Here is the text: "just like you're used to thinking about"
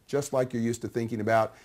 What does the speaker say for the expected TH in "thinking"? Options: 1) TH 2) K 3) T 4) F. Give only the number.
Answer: 1